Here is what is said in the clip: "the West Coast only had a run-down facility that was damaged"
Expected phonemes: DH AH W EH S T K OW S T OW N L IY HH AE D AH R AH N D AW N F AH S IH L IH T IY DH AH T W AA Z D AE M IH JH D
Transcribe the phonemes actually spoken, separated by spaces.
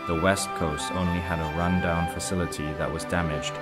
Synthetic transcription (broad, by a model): DH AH W EH S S K OW S T OW N L IY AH D AH R AH N D AW N F AH S IH L IH T IY DH AH T W AA Z D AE M IH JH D